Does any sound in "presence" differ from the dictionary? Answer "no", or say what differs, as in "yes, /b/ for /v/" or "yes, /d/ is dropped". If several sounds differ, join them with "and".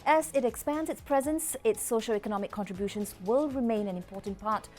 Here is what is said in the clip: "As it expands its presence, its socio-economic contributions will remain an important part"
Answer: no